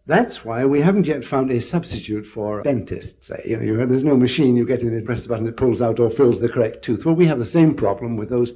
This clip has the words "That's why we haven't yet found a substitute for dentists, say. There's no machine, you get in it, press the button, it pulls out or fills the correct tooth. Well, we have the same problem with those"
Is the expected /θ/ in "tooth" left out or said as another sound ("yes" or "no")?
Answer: no